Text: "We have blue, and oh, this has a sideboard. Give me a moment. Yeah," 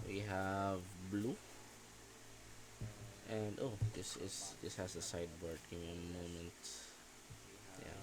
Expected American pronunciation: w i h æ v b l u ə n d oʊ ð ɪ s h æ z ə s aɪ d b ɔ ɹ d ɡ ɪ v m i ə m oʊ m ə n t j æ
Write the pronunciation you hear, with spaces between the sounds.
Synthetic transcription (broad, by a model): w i h æ v b l u ə n d oʊ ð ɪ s h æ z ə s aɪ d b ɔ ɹ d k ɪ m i ə m oʊ m ə n t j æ